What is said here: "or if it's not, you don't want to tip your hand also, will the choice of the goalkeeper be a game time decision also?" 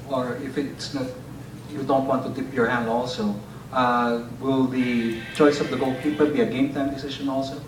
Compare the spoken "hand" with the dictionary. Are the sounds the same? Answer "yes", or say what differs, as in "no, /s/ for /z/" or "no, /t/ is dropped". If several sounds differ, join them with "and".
yes